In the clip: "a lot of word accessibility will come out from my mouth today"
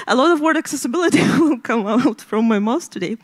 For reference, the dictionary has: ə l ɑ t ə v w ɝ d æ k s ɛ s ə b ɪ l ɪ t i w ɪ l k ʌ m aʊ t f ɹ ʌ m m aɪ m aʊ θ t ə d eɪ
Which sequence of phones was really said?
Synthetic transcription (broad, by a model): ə l ɑ t ə v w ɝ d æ k s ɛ s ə b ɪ l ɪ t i w ɪ l k ʌ m aʊ t f ɹ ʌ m m aɪ m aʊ s t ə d eɪ